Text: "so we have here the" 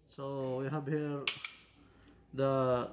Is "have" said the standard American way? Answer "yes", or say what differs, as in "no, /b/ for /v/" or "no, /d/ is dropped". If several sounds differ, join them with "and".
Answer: no, /b/ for /v/